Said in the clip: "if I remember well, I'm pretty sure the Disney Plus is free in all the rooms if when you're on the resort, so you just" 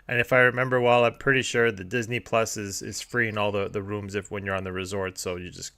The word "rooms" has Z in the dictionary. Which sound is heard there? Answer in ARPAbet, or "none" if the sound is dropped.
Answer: Z